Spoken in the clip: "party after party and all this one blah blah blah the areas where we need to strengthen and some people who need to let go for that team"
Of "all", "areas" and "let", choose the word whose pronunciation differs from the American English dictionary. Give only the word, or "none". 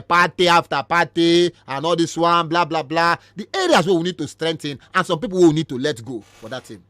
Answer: areas